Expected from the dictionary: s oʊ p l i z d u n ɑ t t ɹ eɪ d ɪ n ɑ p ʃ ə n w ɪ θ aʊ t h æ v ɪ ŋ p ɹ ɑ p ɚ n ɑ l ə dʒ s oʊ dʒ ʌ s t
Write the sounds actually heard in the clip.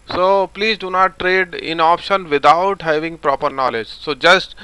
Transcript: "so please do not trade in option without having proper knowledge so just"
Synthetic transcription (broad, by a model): s oʊ p l i z d u n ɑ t t ɹ eɪ d ɪ n ɑ p ʃ ə n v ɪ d aʊ t h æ v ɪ ŋ p ɹ ɑ p ɚ n ɑ l ə dʒ s oʊ dʒ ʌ s t